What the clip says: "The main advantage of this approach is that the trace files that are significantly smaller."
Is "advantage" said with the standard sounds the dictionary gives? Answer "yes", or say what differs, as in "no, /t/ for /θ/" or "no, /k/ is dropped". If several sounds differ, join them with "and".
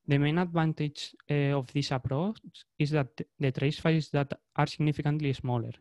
no, /b/ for /v/